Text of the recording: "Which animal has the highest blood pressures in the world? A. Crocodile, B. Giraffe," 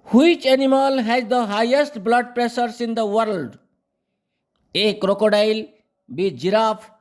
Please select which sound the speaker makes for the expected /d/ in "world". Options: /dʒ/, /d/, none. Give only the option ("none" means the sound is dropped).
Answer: /d/